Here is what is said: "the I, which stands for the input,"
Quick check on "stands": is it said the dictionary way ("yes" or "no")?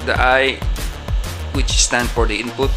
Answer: no